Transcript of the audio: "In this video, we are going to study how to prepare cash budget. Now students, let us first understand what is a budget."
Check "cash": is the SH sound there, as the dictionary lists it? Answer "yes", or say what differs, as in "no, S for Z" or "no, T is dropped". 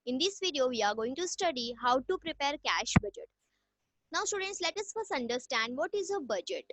yes